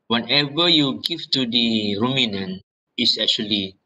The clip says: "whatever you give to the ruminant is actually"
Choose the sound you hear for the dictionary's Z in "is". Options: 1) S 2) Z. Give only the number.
1